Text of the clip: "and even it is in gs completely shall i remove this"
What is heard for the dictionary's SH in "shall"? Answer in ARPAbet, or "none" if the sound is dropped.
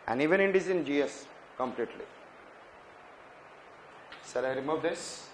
S